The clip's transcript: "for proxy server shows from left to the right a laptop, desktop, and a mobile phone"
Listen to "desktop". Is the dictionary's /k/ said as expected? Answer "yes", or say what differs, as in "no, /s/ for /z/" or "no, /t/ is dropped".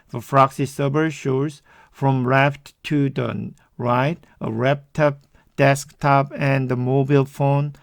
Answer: yes